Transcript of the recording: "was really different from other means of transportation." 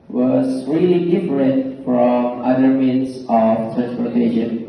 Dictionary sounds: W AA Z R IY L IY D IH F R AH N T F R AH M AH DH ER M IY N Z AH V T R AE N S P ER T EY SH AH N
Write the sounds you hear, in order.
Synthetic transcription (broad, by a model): W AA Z R IY L IY D IH F R AH N T F R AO M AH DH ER M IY N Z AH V T R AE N S P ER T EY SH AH N